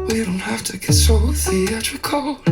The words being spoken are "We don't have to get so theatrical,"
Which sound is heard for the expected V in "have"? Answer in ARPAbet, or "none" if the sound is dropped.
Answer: F